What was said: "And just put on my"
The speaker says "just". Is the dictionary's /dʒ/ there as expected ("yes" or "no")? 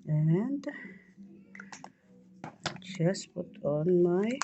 no